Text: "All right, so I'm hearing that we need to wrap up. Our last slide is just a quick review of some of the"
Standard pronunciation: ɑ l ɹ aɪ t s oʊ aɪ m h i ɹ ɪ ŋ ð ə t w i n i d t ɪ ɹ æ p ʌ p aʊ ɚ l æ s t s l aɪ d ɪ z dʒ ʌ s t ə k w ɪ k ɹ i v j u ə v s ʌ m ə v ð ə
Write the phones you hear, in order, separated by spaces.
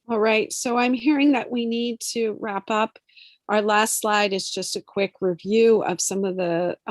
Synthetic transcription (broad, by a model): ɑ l ɹ aɪ t s oʊ aɪ m h i ɹ ɪ ŋ ð ə t w i n i d t ɪ ɹ æ p ʌ p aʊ ɚ l æ s t s l aɪ d ɪ z dʒ ʌ s t ə k w ɪ k ɹ i v j u ə v s ʌ m ə v ð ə